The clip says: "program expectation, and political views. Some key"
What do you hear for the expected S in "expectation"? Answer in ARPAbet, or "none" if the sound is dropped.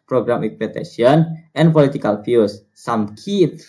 none